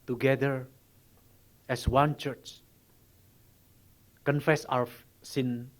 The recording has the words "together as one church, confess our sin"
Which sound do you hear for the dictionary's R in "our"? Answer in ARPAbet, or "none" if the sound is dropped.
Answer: W